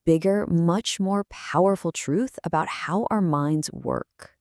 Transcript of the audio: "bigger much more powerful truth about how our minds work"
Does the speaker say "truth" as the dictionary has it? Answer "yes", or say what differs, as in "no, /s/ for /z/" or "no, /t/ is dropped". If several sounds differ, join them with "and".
yes